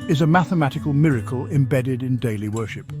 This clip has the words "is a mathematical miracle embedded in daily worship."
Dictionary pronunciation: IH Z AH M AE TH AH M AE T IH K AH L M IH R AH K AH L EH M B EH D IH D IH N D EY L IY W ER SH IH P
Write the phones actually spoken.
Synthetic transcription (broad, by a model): IH Z AH M AE TH AH M AE T IH K AH L M IH R AH K AH L EH M B EH D IH D IH N D EY L IY W ER SH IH P